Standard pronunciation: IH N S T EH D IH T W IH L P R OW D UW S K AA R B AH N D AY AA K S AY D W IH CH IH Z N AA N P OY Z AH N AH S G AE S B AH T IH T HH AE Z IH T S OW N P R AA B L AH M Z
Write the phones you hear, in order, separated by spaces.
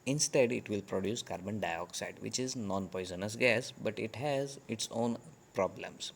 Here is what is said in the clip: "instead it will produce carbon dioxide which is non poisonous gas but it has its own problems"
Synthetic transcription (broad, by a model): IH N S T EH D IH T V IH L P R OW D UW S K AA R B AH N D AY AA K S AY D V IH CH IH Z N AA N P OY Z AH N AH S G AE S B AH T IH T HH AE Z IH T S OW N P R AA B L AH M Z